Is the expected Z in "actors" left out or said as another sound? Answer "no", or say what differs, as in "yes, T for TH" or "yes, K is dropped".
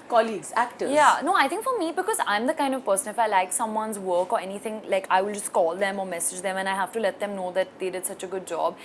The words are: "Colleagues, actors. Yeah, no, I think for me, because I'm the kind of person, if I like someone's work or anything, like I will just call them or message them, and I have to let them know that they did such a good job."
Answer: yes, Z is dropped